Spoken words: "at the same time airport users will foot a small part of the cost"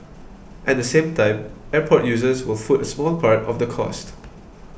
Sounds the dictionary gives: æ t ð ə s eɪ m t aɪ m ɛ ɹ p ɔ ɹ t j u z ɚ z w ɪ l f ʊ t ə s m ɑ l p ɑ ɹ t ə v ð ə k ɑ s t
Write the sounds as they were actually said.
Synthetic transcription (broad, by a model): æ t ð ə s eɪ m t aɪ m ɛ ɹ p ɔ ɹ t j u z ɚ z w ɪ l f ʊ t ə s m ɑ l p ɑ ɹ t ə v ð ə k ɑ s t